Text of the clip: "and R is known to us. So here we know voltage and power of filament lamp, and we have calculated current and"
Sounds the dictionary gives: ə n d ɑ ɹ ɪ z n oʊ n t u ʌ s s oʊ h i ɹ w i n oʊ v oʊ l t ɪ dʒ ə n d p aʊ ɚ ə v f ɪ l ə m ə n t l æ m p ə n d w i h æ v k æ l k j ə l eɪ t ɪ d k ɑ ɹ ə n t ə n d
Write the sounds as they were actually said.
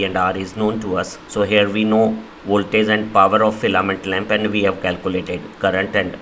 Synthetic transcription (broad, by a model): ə n d ɑ ɹ ɪ z n oʊ n t u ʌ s s oʊ h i ɹ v i n oʊ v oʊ l t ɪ z ə n d p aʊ ɚ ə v f ɪ l ə m ə n t l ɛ m p ə n d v i h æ v k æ l k j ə l eɪ t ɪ d k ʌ ɹ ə n t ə n d